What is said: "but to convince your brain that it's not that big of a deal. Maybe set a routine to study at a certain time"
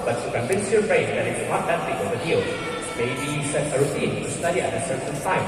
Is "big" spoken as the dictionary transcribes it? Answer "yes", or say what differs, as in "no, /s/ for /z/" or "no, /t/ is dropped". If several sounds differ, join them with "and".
no, /ɡ/ is dropped